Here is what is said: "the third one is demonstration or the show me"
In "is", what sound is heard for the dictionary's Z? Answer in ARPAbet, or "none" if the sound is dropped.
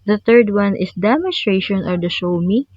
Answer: S